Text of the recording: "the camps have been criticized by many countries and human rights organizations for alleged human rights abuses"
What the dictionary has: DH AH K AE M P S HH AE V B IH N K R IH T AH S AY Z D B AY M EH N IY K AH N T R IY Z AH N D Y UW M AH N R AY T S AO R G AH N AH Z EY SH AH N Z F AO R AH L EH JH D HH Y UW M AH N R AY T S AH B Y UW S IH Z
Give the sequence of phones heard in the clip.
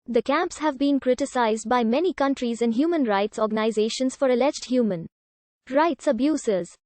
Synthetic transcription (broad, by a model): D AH K AE M P S HH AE V B IH N K R IH T AH S AY Z D B AY M EH N IY K AH N T R IY Z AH N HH Y UW M AH N R AY T S AO R G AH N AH Z EY SH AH N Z F AO R AH L EH JH D HH Y UW M AH N R AY T S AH B Y UW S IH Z